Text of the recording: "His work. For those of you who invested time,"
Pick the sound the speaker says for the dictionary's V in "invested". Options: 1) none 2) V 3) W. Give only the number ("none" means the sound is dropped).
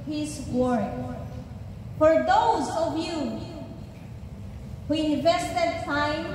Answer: 2